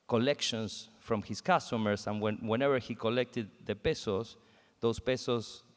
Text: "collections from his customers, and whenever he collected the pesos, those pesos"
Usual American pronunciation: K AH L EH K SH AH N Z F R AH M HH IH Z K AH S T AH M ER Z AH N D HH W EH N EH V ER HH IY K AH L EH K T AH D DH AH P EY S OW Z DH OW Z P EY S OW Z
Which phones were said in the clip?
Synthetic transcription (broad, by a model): K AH L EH K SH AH N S F R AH M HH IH S K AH S T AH M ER S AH N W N W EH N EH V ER HH IY K AH L EH K T AH D DH AH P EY S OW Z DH OW S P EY S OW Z